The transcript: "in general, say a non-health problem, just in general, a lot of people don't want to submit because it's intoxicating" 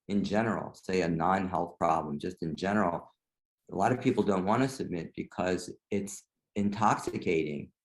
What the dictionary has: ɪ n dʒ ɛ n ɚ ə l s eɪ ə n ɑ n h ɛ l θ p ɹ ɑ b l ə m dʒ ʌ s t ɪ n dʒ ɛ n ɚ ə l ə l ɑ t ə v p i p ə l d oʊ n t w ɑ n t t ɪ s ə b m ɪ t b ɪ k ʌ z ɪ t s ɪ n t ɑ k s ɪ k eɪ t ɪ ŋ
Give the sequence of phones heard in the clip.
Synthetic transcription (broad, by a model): ɪ n dʒ ɛ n ɚ l s eɪ ə n ɑ n h ɛ l θ p ɹ ɑ b l ə m dʒ ʌ s t ɪ n dʒ ɛ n ɚ l ə l ɑ t ə v p i p l d oʊ n t w ɑ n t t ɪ s ə b m ɪ t b ɪ k ʌ z ɪ t s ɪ n t ɑ k s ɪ k eɪ t ɪ ŋ